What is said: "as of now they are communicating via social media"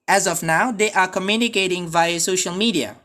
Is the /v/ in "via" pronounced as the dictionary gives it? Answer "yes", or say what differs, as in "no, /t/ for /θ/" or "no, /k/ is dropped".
yes